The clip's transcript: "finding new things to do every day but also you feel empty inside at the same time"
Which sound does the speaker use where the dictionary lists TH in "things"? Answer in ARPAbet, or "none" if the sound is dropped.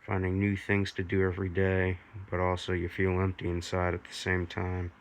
TH